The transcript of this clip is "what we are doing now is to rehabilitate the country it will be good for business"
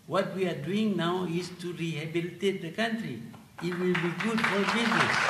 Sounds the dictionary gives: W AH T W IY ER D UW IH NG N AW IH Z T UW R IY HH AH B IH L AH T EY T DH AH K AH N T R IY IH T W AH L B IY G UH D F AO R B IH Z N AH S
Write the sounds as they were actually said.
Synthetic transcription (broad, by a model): W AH T W IY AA D UW IH NG N AW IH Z T UW R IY HH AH B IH L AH T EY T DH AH K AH N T R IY IH T W AH L B IY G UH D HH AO L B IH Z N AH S